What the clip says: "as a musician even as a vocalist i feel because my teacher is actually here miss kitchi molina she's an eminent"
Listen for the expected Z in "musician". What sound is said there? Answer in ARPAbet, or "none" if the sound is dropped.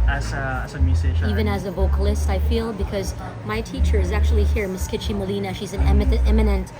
S